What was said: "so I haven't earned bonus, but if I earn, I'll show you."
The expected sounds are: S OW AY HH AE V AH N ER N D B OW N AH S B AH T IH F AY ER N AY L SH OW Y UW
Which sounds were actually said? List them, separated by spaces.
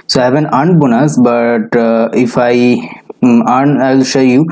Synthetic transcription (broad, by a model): S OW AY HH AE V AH N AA N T B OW N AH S B AH T IH F AY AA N AY L SH OW Y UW